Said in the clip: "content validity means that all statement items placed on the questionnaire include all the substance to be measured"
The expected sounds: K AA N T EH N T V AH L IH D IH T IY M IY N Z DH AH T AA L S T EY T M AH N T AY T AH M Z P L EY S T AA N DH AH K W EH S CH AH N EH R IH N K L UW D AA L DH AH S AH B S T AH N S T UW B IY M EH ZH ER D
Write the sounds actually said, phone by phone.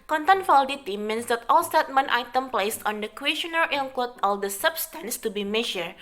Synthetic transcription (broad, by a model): K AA N T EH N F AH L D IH T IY M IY N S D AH T AA L S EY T M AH N T AY T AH M P L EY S AA N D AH K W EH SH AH N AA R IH L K AO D AA L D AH S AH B S T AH N S T UW B IY M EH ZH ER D